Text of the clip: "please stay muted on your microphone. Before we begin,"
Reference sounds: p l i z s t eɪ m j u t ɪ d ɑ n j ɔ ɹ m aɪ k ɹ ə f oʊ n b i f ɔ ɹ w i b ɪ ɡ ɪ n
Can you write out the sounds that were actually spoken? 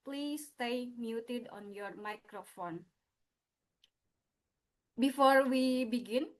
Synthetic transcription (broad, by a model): p l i s t eɪ m j u t ɪ d ɑ n j ɔ ɹ m aɪ k ɹ ə f oʊ n b i f ɔ ɹ w i b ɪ ɡ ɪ n